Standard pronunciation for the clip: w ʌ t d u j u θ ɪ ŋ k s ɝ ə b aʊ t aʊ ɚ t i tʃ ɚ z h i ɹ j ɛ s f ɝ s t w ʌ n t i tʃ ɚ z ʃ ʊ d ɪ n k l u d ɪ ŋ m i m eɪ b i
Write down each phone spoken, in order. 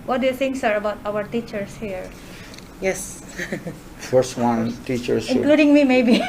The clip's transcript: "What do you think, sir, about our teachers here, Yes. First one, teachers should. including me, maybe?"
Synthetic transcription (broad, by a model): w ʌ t d u j u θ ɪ ŋ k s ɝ ə b aʊ t aʊ ɚ t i tʃ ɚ s h i ɹ j ɛ s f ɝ s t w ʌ n t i tʃ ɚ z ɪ k l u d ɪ ŋ m i m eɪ b i